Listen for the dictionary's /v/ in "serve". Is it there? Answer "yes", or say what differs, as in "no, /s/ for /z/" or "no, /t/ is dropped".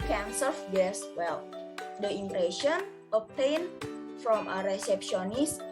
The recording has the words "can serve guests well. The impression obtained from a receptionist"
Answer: no, /f/ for /v/